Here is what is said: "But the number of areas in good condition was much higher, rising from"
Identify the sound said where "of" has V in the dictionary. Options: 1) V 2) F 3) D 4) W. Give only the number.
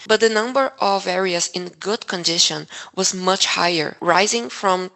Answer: 1